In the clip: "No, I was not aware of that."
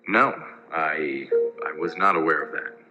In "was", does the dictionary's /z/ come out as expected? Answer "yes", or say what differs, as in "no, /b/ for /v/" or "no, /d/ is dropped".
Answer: yes